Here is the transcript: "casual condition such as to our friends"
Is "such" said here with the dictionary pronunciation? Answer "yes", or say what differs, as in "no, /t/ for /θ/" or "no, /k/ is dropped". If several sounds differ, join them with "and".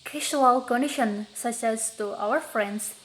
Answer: no, /s/ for /tʃ/